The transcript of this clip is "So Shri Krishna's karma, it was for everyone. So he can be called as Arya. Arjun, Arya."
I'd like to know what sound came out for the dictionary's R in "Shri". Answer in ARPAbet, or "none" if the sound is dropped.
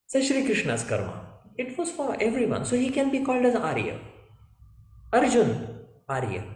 R